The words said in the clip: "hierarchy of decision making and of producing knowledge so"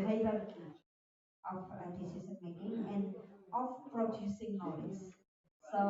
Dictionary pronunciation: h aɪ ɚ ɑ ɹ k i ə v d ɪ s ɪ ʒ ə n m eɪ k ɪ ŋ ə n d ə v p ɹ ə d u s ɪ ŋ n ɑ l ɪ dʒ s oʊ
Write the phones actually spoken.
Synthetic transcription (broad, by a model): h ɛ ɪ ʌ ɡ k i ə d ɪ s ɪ s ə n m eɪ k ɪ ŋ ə n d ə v p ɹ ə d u s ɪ ŋ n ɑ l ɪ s s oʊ